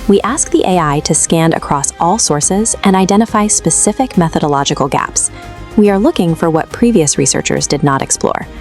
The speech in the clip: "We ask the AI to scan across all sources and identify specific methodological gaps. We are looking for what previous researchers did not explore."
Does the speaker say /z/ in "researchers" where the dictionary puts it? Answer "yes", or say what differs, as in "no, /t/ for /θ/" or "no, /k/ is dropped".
yes